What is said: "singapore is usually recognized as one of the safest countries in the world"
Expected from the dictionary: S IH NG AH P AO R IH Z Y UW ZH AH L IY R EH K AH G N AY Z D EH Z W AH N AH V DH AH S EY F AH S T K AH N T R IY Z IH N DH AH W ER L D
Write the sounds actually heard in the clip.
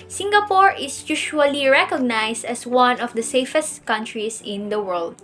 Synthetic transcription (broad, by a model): S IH NG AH P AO R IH S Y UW SH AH L IY R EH K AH G N AY S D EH S W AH N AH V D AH S EY F AH S T K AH N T R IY S IH N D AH W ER L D